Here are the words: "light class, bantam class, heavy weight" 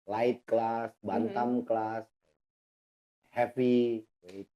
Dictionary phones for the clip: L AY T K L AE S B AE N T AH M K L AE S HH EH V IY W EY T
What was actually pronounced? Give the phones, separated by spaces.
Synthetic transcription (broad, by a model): L AY T K L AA S B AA N T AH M K L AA S HH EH P IY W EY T